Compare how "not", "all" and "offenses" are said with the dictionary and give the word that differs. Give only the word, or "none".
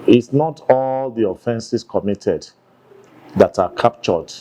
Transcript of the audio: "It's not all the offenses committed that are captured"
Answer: offenses